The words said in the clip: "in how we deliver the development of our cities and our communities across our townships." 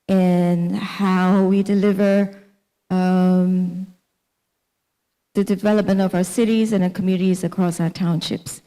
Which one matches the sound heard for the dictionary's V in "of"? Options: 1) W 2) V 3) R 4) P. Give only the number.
2